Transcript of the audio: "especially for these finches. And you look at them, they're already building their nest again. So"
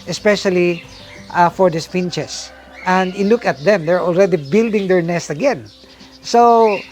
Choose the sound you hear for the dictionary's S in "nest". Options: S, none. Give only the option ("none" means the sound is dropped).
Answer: S